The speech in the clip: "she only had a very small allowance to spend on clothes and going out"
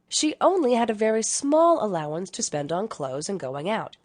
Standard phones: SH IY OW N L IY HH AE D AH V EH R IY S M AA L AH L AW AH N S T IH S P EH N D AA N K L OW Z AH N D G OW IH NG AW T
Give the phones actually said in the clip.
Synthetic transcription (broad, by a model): SH IY OW N L IY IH D AH V EH R IY S M AA L AH L AW AH N S T IH S P EH N D N K L OW Z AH N G OW IH NG AW T